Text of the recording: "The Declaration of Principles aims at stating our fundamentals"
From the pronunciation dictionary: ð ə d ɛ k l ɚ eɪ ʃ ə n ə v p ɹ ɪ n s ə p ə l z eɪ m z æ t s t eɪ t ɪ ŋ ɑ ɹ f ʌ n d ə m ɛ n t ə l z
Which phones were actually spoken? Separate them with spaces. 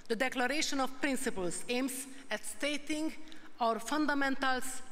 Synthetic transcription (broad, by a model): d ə d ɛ k l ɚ eɪ ʃ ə n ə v p ɹ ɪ n s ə p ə l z eɪ m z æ t s t eɪ t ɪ ŋ ɑ ɹ f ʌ n d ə m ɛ n t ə l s